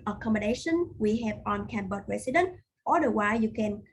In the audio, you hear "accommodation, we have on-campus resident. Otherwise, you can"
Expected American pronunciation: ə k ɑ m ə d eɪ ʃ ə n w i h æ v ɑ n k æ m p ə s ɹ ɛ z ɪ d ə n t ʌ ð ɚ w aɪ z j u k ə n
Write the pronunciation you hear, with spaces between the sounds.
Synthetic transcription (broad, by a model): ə k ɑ m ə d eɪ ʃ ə n w i h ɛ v ɑ n k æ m b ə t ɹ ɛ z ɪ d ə n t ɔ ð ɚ w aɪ j u k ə n